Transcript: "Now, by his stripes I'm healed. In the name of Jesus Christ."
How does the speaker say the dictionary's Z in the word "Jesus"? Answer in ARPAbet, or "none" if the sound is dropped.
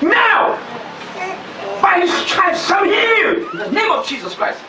Z